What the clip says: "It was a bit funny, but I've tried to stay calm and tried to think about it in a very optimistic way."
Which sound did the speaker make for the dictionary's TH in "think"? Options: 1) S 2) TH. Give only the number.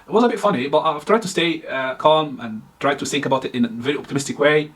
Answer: 2